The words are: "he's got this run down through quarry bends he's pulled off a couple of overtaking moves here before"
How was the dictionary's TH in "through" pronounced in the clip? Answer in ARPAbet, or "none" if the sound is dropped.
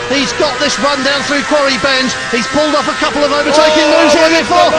TH